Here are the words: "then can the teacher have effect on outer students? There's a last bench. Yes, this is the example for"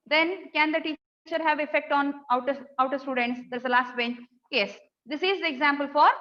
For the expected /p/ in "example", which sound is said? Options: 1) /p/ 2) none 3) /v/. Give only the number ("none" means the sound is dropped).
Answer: 1